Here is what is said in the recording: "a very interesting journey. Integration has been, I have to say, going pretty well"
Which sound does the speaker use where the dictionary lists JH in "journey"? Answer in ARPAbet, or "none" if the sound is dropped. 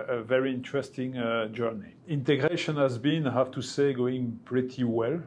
JH